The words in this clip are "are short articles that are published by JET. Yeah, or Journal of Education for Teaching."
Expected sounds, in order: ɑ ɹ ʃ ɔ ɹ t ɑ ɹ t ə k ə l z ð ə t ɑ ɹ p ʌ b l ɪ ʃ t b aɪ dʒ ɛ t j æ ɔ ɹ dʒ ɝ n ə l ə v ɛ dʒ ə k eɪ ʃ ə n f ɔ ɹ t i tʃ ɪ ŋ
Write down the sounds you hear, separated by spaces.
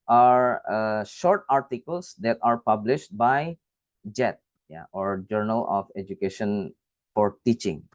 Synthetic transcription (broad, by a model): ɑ ɹ ʃ ɔ ɹ t ɑ ɹ t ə k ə l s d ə t ɑ ɹ p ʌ b l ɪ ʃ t b aɪ dʒ ɛ t j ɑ ɔ ɹ dʒ ɝ n ə l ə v ɛ dʒ ə k eɪ ʃ ə n f ɔ ɹ t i tʃ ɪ ŋ